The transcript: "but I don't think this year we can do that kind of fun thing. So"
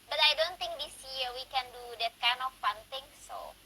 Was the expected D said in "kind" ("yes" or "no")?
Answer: no